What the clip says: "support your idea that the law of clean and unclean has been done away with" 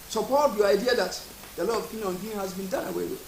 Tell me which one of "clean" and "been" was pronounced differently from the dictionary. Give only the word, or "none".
clean